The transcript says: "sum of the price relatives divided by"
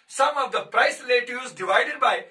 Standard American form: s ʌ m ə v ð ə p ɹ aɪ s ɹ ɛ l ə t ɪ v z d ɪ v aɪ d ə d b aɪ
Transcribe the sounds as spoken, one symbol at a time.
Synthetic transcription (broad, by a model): s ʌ m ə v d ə p ɹ aɪ s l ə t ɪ z d ɪ v aɪ d ə d b aɪ